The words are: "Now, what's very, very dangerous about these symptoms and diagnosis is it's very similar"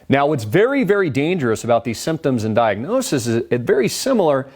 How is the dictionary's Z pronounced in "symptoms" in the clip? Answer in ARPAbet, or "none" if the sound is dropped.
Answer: Z